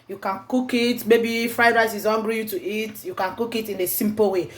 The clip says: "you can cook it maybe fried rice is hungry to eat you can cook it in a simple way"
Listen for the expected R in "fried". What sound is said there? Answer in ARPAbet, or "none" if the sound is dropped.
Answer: R